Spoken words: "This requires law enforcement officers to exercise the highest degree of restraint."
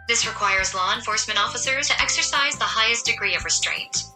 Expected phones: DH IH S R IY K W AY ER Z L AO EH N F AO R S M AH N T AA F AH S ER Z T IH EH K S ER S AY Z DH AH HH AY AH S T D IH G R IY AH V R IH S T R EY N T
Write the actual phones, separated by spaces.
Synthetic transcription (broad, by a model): DH IH S R IY K W AY ER Z L AO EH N F AO R S M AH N T AA F AH S ER Z T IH EH K S ER S AY Z DH AH HH AY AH S D IH G R IY AH V R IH S T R EY N T